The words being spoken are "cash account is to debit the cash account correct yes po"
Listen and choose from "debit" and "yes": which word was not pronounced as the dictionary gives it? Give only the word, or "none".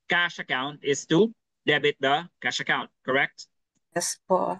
none